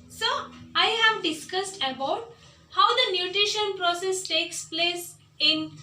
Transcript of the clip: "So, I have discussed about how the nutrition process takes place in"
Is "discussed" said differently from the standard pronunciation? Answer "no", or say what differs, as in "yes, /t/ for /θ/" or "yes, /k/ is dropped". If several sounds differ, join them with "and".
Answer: no